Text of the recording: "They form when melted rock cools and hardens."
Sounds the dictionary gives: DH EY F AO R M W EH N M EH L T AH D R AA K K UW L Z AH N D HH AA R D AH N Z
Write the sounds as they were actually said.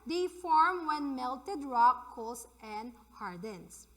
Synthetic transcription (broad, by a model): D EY F AO R M W EH N M EH L T AH D R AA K K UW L S AH N D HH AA R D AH N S